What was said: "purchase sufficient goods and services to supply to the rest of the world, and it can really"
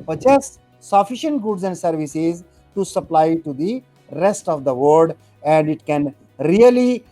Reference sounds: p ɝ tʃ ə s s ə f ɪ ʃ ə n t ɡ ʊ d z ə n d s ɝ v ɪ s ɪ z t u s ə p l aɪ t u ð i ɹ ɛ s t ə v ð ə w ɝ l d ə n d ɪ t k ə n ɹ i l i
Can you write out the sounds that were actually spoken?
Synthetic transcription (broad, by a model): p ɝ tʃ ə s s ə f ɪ ʃ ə n t ɡ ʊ d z ə n d s ɝ v ɪ s ɪ z t u s ə p l aɪ t u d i ɹ ɛ s t ə v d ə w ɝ d ə n d ɪ t k ə n ɹ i l i